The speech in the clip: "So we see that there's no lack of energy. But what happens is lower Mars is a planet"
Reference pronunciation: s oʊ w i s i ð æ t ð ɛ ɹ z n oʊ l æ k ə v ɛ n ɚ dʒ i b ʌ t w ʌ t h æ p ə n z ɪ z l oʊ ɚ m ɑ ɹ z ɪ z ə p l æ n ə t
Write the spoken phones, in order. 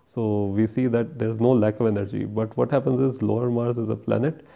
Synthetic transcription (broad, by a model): s oʊ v i s i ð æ t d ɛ ɹ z n oʊ l æ k ə v ɛ n ɚ dʒ i b ʌ t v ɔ t h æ p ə n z ɪ z l oʊ ɚ m ɑ ɹ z ɪ z ə p l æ n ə t